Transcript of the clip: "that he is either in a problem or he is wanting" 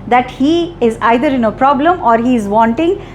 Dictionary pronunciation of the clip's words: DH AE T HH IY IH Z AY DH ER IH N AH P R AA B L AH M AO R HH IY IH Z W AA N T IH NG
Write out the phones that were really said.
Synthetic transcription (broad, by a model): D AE T HH IY IH Z AY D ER IH N AH P R AA B L AH M AO R HH IY IH Z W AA N T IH NG